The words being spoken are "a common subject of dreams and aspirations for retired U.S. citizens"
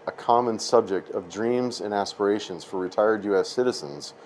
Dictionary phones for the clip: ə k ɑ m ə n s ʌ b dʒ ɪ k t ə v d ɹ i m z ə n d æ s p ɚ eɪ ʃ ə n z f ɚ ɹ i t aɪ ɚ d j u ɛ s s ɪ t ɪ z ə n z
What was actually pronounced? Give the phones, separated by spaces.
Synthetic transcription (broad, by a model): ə k ɑ m ə n s ʌ b dʒ ɪ k t ə v d ɹ i m z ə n æ s p ɚ eɪ ʃ ə n z f ɚ ɹ i t aɪ ɚ d j u ɛ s s ɪ t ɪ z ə n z